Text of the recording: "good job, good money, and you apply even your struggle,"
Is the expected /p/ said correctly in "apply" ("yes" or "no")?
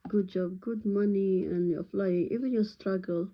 no